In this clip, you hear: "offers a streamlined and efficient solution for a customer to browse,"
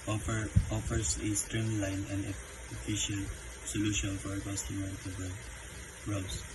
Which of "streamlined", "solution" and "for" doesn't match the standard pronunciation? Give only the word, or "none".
streamlined